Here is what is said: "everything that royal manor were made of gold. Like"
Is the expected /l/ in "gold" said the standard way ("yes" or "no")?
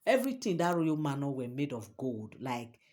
yes